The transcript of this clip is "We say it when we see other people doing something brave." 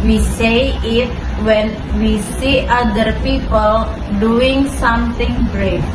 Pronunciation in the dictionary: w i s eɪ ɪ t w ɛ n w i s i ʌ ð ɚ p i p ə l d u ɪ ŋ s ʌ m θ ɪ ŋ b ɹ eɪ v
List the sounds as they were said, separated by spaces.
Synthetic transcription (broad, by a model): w i s eɪ ɪ t w ɛ n w i s i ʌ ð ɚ p i p ə l d u ɪ ŋ s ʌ m t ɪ ŋ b ɹ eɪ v